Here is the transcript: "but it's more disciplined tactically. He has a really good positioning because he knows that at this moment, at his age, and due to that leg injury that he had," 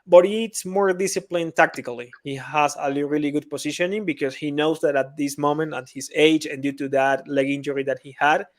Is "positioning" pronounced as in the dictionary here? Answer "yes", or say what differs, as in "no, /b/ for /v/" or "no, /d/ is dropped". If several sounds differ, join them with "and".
no, /s/ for /z/